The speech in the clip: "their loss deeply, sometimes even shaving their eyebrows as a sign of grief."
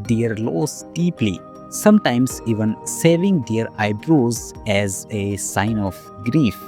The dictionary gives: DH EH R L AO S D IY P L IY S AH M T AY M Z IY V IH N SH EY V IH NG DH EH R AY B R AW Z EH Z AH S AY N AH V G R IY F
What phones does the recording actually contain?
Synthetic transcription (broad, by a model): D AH R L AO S D IY P L IY S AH M T AY M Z IY V IH N S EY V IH NG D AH R AY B R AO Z EH Z AH S AY N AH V G R IY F